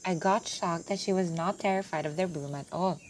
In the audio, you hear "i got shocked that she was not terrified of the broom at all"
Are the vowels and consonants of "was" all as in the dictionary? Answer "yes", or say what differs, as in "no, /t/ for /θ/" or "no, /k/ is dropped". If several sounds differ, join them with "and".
yes